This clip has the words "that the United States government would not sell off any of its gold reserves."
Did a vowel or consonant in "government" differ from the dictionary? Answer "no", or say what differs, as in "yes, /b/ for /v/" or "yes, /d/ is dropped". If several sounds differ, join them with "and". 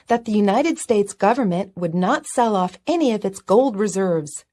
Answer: no